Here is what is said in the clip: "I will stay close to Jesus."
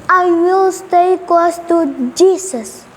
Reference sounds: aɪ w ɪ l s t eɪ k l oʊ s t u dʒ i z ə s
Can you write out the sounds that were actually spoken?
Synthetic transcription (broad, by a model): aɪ w ɪ l s t eɪ k w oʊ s t u dʒ i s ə s